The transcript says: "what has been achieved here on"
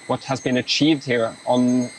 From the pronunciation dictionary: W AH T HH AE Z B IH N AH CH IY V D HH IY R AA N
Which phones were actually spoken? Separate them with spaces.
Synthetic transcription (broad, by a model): W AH T HH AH Z B IH N AH CH IY V D HH IY R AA N